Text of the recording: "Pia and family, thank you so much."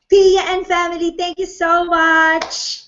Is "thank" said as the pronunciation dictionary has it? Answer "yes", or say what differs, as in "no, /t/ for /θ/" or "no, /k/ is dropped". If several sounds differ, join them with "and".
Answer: no, /t/ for /θ/